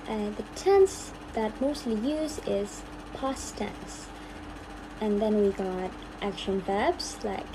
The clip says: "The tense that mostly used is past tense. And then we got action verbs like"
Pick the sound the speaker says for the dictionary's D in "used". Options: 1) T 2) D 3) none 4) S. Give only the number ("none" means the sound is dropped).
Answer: 3